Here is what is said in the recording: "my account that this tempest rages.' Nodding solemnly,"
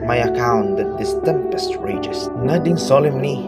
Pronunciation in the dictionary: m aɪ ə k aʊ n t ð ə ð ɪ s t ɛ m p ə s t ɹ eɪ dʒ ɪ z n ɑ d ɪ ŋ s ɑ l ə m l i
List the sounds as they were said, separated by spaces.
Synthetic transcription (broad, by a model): m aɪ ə k aʊ n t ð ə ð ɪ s t ɛ m p ə s t ɹ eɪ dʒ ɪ s n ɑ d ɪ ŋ s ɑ l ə m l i